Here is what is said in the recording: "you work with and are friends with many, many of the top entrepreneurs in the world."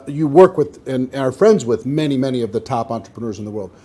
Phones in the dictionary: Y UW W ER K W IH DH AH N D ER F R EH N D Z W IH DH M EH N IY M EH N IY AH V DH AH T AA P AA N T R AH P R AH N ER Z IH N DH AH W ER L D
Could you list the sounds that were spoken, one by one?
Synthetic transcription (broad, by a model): Y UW W ER K W IH DH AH N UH ER F R EH N D Z W IH DH M EH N IY M EH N IY AH V DH AH T AA P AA N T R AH P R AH N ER Z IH N DH AH W ER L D